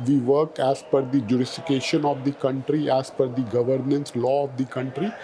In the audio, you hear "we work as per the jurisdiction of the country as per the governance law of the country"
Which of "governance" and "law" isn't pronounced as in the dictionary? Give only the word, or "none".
none